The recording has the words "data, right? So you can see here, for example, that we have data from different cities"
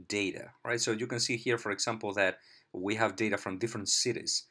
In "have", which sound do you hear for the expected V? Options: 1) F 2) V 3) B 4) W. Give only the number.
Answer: 2